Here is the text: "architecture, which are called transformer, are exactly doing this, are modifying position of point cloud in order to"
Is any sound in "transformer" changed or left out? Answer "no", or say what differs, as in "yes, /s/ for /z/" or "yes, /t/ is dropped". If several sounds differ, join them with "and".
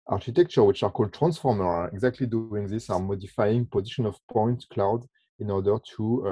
no